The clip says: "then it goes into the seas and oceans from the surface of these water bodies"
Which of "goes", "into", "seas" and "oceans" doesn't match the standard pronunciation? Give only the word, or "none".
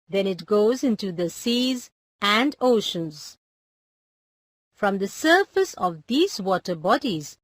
none